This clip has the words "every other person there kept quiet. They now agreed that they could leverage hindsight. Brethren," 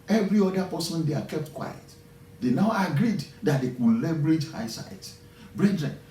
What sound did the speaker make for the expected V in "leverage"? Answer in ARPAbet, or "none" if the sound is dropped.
B